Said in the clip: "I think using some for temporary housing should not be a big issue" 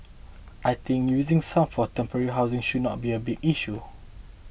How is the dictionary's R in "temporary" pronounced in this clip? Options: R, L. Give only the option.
R